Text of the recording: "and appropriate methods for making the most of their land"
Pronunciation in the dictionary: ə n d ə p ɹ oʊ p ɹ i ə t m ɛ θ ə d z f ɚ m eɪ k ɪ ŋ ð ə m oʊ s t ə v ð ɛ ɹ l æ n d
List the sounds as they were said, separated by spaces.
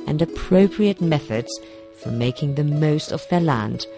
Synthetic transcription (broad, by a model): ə n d ə p ɹ oʊ p ɹ i ə t m ɛ θ ə d z f ɚ m eɪ k ɪ ŋ ð ə m oʊ s t ə v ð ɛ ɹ l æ n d